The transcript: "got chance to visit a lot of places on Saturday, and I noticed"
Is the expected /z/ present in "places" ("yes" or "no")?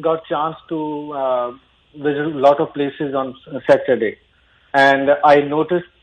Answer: yes